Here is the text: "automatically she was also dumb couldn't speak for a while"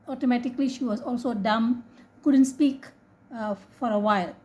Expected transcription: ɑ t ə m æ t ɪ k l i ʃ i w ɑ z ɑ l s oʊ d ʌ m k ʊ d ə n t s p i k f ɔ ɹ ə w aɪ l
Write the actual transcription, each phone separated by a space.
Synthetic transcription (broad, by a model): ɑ t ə m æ t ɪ k l i ʃ i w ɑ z ɑ l s oʊ d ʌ m k ʊ d ə n t s p i k f ɔ ɹ ə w aɪ l